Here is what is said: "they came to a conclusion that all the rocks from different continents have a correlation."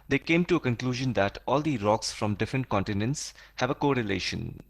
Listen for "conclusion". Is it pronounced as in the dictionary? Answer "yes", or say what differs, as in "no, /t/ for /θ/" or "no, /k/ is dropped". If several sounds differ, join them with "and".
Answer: yes